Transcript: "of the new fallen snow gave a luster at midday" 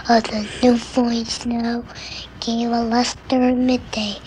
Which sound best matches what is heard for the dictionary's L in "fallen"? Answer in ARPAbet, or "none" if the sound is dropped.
none